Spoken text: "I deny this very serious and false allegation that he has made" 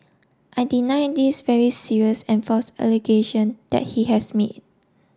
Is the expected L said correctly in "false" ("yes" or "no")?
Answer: no